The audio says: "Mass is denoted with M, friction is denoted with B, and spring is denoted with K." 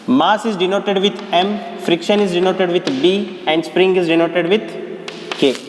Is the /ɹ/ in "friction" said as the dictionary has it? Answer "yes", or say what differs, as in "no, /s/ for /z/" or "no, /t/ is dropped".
yes